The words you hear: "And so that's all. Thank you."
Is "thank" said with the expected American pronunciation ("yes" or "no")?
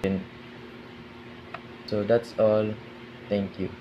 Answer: no